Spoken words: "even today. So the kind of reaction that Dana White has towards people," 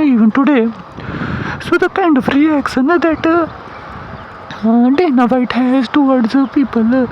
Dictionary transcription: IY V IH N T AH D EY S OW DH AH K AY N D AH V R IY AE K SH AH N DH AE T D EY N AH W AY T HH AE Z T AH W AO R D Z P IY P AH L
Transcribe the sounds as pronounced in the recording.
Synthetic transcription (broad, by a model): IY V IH N T AH D EY S OW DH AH K AY N D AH F R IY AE K S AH N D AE T D EY N AH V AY T HH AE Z T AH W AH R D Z P IY P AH L